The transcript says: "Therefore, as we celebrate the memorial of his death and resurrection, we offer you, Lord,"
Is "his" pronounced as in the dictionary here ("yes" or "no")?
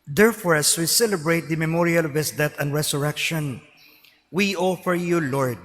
no